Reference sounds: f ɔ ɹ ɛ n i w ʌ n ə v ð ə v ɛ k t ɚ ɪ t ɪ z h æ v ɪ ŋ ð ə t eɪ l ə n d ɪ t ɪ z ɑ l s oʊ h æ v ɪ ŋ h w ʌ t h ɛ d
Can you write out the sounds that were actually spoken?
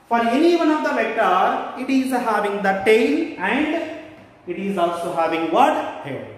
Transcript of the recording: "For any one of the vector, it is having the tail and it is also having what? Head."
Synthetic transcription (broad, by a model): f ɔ ɹ ɛ n i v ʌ n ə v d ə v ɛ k t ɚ ɪ t ɪ z h æ v ɪ ŋ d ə t eɪ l ə n d ɪ t ɪ z ɑ l s oʊ h æ v ɪ ŋ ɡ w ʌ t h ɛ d